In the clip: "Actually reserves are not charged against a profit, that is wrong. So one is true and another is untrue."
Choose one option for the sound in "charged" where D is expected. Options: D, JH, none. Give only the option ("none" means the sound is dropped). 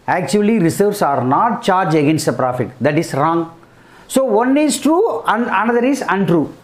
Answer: none